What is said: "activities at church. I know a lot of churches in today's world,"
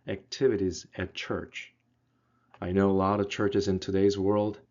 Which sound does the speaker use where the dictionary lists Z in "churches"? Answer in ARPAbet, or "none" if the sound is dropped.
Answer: Z